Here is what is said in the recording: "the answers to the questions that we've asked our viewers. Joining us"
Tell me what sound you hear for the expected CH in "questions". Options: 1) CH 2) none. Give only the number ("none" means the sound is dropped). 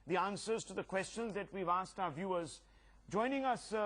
1